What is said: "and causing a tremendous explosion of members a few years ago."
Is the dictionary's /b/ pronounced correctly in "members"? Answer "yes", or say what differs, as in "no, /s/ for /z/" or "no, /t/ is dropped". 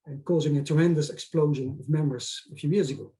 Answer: no, /b/ is dropped